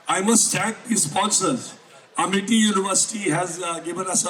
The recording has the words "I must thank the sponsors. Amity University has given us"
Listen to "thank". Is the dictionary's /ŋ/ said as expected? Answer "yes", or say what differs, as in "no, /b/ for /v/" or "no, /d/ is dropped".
no, /ŋ/ is dropped